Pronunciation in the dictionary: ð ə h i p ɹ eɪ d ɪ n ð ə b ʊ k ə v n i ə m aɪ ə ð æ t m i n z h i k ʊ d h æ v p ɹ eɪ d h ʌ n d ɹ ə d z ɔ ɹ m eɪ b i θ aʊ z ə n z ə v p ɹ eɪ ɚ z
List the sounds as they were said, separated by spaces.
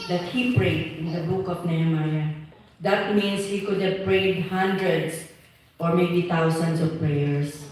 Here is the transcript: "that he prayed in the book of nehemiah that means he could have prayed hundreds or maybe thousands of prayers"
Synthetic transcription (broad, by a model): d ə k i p ɹ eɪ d ɪ n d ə b ʊ k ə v n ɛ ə m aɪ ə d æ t m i n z h i k ʊ d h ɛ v p ɹ eɪ d h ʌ n d ɹ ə d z ɔ ɹ m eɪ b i t aʊ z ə n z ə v p ɹ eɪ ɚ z